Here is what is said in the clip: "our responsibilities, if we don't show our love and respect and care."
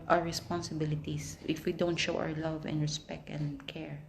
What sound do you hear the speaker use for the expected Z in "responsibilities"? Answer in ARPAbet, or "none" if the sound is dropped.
S